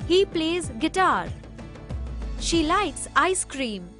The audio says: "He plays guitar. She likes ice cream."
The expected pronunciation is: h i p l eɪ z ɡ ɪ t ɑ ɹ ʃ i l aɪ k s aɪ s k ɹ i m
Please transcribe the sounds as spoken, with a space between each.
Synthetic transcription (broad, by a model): h i p l eɪ z ɡ ɪ t ɑ ɹ ʃ i l aɪ k s aɪ s k ɹ i m